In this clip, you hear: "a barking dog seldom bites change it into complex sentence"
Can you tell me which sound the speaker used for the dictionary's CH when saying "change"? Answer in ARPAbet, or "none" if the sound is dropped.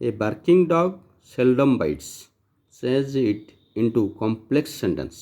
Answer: S